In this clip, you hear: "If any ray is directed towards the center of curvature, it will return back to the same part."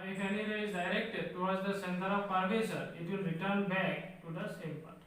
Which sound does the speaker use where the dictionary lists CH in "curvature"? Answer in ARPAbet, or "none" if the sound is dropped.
S